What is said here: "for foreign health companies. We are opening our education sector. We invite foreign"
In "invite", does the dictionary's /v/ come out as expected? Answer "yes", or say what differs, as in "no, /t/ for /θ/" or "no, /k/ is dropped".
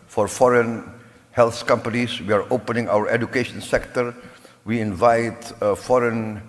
yes